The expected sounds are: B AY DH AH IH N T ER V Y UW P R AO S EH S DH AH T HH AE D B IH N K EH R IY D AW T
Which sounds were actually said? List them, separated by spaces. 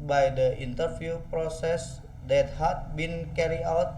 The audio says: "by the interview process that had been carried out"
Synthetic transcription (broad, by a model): B AY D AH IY N T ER F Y UW P R AO S EH S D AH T HH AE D B IH N K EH R IY AW T